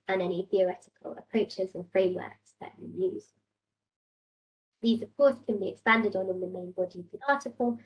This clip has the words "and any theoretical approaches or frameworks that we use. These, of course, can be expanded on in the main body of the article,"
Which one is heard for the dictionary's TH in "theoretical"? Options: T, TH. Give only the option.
TH